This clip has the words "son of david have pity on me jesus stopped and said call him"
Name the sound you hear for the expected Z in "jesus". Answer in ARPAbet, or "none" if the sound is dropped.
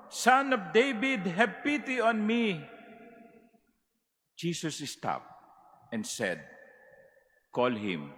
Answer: S